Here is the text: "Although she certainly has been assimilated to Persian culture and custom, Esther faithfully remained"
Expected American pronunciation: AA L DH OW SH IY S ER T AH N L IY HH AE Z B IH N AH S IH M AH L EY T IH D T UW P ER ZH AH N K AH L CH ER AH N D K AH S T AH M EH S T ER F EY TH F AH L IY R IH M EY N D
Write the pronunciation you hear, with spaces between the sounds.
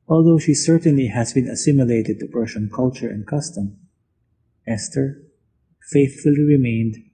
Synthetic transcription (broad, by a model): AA L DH OW SH IY S ER T AH N L IY HH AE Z B IH N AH S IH M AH L EY T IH D T UW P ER SH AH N K AH L CH ER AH N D K AH S T AH M EH S T ER F EY TH F AH L IY R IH M EY N D